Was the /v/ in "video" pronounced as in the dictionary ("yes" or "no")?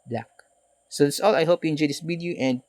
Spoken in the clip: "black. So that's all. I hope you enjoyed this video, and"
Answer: no